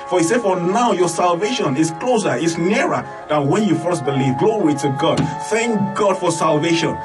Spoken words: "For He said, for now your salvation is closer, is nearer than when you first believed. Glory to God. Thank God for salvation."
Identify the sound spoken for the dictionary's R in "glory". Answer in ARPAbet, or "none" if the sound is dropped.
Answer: W